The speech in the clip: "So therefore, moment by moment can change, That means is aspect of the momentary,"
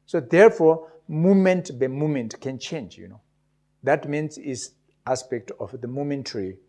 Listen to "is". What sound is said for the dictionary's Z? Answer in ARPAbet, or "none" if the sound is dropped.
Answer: S